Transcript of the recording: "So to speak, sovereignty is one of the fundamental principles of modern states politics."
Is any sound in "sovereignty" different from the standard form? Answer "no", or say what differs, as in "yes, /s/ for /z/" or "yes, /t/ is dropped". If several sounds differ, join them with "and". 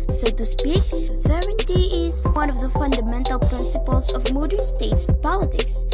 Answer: yes, /v/ is dropped